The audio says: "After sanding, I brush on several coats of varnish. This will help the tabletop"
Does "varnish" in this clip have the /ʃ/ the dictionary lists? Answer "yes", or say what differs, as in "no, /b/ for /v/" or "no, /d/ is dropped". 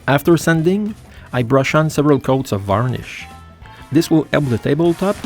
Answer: yes